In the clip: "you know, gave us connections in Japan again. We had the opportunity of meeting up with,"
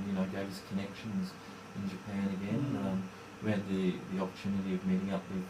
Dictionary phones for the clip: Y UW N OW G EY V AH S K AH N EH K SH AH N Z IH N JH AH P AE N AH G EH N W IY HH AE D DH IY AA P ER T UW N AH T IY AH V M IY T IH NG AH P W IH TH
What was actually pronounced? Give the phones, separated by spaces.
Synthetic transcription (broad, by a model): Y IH N OW G EY V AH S K AH N EH K SH AH N Z IH N JH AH P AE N AH G EH N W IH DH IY DH IY AA P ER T UW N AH T IY AH V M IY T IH NG AH P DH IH